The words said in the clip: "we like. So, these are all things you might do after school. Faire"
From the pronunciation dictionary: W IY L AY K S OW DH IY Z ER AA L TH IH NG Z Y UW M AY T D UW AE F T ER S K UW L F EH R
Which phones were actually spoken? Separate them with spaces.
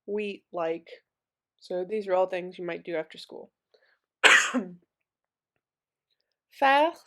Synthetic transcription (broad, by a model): W IY L AY K S OW DH IY Z ER AA L TH IH NG Z Y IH M AY T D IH AE F T ER S K UW L F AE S